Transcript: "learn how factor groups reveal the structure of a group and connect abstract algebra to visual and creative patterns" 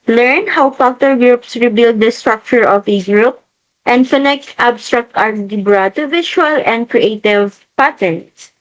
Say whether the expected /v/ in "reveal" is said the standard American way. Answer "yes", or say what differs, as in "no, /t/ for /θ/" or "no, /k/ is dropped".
no, /b/ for /v/